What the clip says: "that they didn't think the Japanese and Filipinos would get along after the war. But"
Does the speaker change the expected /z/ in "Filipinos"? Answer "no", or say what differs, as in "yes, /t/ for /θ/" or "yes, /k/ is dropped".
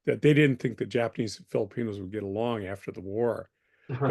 no